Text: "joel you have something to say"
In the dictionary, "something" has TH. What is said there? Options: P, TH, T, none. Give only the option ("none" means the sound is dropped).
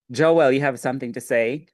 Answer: TH